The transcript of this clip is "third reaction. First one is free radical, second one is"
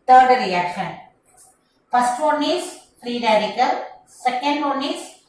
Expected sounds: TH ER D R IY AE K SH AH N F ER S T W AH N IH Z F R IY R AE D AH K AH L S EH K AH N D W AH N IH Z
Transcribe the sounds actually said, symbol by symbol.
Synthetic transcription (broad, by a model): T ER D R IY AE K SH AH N P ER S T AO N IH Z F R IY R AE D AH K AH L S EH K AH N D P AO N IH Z